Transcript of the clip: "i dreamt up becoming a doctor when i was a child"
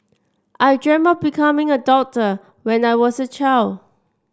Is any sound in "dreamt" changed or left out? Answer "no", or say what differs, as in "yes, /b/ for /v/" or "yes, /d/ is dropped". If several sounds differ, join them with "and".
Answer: yes, /t/ is dropped